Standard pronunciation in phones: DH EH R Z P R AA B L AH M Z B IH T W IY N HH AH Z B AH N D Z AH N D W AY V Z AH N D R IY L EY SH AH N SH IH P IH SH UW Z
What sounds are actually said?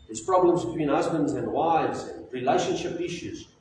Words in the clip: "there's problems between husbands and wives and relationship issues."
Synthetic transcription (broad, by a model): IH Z P R AA B L AH M Z B IH T W IY N HH AH Z B AH N D Z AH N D W AY V Z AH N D R IY L EY SH AH N SH IH P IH SH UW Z